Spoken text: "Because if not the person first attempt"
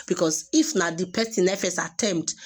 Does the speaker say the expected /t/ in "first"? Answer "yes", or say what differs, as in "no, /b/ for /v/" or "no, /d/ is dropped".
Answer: no, /t/ is dropped